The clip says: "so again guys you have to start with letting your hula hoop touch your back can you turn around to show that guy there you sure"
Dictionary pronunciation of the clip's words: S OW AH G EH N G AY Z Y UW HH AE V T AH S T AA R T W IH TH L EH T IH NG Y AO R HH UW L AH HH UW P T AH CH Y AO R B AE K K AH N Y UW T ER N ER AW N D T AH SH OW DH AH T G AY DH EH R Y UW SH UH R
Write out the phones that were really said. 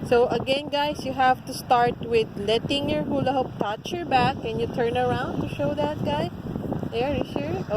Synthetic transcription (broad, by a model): S OW AH G EH N G AY S Y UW HH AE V T AH S T AA R T W IH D L EH T IH NG Y AO R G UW L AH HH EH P T AH CH Y AO R B AE K K AH N Y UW T ER N ER AW N D T AH SH OW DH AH T G AY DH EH R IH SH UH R